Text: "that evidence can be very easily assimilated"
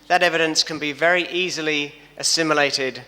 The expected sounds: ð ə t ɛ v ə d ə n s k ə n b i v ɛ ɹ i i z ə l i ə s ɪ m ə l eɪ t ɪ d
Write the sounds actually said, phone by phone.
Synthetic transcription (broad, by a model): ð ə t ɛ v ə d ə n s k ə n b i v ɛ ɹ i i z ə l i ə s ɪ m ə l eɪ t ɪ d